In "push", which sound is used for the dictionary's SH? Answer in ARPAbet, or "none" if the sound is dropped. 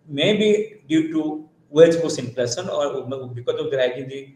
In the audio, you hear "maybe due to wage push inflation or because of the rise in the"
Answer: S